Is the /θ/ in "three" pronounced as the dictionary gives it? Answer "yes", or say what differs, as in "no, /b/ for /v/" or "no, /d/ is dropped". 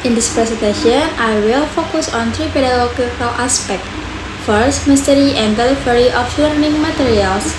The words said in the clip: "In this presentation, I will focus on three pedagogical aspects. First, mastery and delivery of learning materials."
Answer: no, /t/ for /θ/